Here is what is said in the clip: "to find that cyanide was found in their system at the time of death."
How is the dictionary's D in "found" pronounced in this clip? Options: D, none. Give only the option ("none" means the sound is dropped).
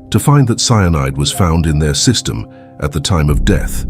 D